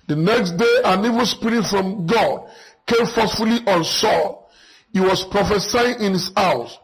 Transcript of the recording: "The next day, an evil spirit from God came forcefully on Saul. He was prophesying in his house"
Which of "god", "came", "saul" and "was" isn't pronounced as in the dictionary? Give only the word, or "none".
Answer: was